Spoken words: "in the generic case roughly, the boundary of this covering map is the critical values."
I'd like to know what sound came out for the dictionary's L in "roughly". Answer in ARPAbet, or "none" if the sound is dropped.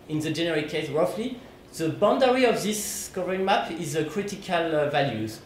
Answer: L